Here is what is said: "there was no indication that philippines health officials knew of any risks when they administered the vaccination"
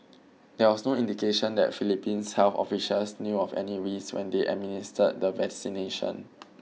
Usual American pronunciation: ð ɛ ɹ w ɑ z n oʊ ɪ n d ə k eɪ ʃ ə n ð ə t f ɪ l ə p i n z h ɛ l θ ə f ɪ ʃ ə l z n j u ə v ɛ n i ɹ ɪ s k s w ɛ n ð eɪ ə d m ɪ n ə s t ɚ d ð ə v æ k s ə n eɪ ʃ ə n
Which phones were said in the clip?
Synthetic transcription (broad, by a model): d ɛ w ɑ s n oʊ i n d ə k eɪ ʃ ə n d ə t f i l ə p i n s h ɛ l f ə f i ʃ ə l s n j u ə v ɛ n i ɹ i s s w ɛ n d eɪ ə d m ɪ n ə s t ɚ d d ə v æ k s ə n eɪ ʃ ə n